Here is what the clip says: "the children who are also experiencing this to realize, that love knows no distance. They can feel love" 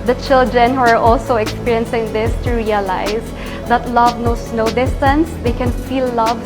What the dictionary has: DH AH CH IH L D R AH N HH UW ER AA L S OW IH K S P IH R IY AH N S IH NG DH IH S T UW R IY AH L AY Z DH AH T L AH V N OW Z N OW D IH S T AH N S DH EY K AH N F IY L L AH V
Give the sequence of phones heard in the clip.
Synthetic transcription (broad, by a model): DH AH CH IH L D R AH N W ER AA L S OW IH K S P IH R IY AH N S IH NG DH IH S T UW R IY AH L AY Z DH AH T L AH V N OW S N OW D IH S T AH N S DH EY K AH N F IY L L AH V